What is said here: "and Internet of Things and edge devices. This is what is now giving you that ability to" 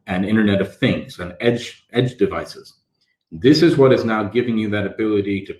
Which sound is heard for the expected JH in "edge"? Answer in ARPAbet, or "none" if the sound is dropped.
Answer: JH